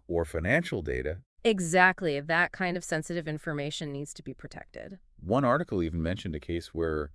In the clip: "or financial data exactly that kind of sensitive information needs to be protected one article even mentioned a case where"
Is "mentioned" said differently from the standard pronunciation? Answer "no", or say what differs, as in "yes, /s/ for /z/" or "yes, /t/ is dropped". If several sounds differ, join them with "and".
no